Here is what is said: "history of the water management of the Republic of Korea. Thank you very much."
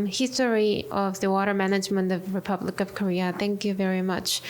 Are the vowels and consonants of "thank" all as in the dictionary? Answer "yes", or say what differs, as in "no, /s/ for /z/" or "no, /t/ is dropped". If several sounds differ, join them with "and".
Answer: yes